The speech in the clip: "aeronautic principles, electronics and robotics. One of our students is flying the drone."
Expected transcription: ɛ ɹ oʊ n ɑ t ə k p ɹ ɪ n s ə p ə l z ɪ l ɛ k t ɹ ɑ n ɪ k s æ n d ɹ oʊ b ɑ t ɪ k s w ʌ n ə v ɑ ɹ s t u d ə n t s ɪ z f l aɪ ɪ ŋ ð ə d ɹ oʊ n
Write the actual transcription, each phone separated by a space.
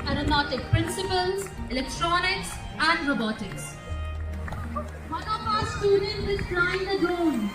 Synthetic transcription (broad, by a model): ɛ ɹ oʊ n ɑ t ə k p ɹ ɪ n s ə p ə l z ɪ l ɛ k t ɹ ɑ n ɪ k s æ n d ɹ oʊ b ɑ t ɪ k s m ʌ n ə p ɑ s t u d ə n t ɪ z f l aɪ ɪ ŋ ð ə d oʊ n